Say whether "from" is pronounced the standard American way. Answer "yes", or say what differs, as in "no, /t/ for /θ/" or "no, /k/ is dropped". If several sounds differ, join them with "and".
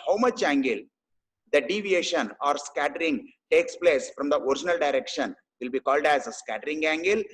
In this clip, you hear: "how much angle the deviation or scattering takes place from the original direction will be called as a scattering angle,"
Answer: yes